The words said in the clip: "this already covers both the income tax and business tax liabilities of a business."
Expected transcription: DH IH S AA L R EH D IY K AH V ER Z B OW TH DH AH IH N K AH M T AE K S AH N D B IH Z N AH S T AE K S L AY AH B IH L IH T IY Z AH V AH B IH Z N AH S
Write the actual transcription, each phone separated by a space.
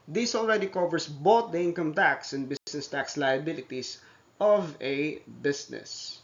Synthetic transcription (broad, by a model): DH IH S AA L R EH D IY K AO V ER S B OW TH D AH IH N K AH M T AE K S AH N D B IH S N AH S T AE K S L AY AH B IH L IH T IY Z AH V AH B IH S N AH S